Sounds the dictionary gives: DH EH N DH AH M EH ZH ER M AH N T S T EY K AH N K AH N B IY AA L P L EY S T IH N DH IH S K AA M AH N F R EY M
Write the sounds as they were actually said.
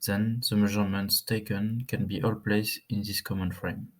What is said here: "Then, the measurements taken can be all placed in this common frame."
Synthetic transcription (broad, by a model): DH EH N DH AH M EH ZH ER M AH N T S T EY K AH N K AH N B IY AA L P L EY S IH N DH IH S K AA M AH N F R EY M